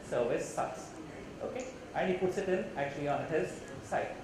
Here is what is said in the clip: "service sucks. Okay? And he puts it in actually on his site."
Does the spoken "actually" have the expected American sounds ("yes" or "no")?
yes